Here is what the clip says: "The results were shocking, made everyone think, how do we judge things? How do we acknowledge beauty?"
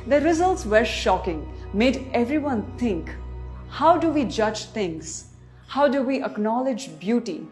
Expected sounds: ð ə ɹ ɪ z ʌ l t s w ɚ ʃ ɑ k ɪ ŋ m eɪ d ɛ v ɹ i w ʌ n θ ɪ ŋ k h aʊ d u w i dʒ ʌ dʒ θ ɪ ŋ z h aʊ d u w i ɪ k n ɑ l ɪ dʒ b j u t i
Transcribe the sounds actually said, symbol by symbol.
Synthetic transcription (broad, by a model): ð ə ɹ ɪ z ʌ l t s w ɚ ʃ ɑ k ɪ ŋ m eɪ d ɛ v ɹ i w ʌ n t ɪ ŋ k h aʊ d u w i dʒ ʌ dʒ t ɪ ŋ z h aʊ d u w i ɪ k n ɑ l ɪ dʒ b j u t i